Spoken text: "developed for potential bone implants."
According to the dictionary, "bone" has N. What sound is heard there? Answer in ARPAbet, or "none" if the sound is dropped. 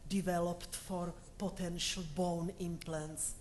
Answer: N